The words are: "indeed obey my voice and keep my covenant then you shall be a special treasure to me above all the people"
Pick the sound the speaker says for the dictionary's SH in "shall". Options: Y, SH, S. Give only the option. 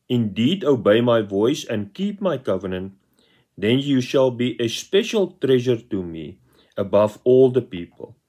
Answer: SH